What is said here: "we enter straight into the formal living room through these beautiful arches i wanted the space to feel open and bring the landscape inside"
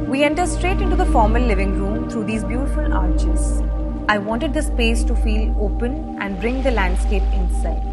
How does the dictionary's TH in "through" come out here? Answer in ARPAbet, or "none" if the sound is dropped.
T